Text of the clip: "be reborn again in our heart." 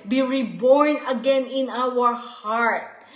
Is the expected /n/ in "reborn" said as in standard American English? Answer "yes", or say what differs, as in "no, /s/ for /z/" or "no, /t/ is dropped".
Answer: yes